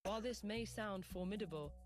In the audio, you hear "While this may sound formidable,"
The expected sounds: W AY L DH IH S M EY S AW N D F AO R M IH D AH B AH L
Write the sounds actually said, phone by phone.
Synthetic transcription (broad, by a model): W AY L DH IH S M EY S AW N D F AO M IH D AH B AH L